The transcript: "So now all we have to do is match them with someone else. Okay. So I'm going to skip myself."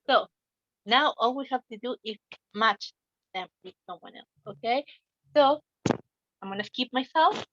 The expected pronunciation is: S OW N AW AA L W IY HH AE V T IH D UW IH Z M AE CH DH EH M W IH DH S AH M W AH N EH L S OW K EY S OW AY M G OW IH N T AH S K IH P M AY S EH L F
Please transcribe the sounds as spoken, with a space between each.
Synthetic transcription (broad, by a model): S OW N AW AA L W IY HH AE V T IH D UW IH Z M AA CH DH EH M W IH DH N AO W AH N EH L S OW K EY S OW AY M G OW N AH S K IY P M AY S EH L F